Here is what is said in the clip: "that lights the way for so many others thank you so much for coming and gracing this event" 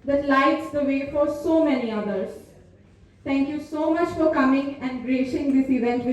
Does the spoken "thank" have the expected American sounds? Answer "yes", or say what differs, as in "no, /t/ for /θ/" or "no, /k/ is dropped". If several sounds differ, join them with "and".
no, /t/ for /θ/